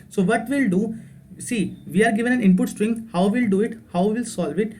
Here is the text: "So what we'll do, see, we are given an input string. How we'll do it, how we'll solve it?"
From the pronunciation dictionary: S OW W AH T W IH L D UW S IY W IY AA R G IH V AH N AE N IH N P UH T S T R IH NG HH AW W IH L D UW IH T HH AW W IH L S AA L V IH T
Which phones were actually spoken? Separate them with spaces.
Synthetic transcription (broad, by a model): S OW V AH T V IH L D UW S IY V IY AA R G IH V AH N AE N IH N P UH T S T R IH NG HH AW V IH L D UW IH T HH AW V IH L S AA L V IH T